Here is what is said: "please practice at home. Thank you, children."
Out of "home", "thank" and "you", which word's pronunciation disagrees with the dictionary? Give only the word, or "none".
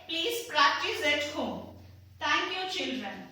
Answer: thank